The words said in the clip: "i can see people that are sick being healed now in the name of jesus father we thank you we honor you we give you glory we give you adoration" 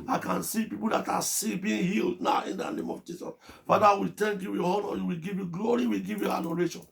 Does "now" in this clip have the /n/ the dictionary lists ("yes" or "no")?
yes